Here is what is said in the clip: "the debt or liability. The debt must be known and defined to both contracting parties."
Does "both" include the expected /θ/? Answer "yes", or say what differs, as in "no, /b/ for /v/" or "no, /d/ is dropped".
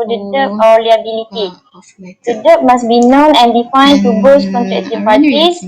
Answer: no, /s/ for /θ/